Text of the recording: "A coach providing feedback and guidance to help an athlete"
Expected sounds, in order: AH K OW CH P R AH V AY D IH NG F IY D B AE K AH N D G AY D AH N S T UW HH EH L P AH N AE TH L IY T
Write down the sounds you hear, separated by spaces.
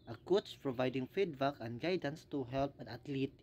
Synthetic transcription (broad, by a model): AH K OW S P R AH V AY D IH NG F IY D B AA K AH N G AY D AH N S T UW HH EH L P AH N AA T L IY T